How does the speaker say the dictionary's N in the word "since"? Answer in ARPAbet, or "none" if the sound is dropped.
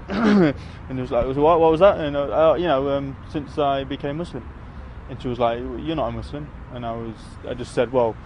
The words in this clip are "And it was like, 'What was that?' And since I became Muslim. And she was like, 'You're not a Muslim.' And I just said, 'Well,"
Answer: N